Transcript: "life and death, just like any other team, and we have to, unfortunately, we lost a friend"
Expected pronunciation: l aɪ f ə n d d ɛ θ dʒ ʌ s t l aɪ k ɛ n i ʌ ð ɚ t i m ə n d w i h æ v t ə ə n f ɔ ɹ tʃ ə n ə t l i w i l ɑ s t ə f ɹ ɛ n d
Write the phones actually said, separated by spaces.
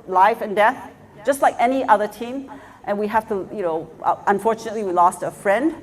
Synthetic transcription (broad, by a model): l aɪ f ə n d d ɛ θ dʒ ʌ s t l aɪ k ɛ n i ʌ ð ɚ t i m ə n w i h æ f t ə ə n f ɔ ɹ tʃ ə n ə t l i w i l ɑ s t ə f ɹ ɛ n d